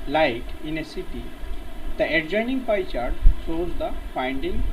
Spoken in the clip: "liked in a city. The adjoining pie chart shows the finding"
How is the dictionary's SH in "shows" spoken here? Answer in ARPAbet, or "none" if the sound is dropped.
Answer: S